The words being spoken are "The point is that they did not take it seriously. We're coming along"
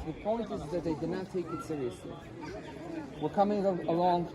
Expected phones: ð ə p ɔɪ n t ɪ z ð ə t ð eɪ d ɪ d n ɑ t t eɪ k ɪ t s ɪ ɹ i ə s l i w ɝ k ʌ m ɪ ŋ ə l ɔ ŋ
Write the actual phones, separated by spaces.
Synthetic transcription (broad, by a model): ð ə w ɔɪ l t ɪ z ð ə t ð eɪ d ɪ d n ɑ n t eɪ k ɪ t s ɪ ɹ i ə s l i w ɝ k ʌ m ɪ ŋ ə l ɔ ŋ